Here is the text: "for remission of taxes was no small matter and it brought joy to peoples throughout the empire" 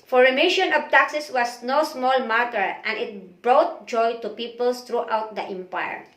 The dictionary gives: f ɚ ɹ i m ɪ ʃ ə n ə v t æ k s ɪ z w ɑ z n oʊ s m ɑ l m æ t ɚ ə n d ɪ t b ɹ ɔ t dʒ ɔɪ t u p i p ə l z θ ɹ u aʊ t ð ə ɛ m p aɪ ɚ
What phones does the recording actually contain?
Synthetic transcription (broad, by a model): f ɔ ɹ i m ɪ ʃ ə n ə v t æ k s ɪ s w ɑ s n oʊ s m ɑ l m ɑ t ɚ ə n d ɪ t b ɹ ɔ t dʒ ɔɪ t u p i p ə l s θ ɹ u aʊ t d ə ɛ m p aɪ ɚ